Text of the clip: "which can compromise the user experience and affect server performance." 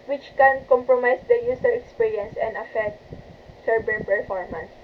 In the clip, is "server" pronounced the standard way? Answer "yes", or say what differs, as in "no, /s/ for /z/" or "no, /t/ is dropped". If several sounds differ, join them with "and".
no, /b/ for /v/